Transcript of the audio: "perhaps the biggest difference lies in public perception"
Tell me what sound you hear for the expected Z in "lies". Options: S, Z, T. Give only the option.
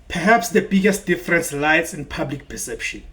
S